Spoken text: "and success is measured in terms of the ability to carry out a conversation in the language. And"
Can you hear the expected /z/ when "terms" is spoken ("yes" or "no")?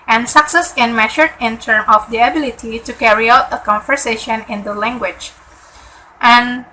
no